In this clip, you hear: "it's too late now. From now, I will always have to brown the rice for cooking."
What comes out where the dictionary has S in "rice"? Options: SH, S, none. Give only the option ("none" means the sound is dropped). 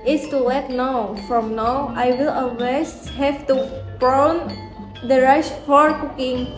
SH